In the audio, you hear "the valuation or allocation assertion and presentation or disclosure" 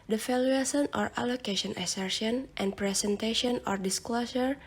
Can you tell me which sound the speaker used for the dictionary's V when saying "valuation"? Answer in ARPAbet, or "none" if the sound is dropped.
F